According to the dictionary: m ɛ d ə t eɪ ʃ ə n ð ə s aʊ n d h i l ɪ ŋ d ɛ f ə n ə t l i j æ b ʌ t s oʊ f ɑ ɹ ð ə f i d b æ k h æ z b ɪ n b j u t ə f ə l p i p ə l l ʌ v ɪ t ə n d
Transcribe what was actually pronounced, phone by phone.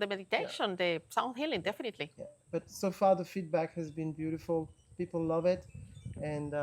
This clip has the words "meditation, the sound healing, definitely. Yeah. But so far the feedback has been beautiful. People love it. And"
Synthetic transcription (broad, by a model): m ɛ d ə t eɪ ʃ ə n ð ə s aʊ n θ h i l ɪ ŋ d ɛ f ə n ə t l i j æ b ʌ t s oʊ f ɑ ɹ ð ə f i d b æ k h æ z b ɪ n b j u t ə f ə l p i p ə l l ʌ v ɪ t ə n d